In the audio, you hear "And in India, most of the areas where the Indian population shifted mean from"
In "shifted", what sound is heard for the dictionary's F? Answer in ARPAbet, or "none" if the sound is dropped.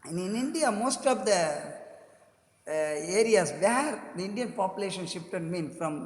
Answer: P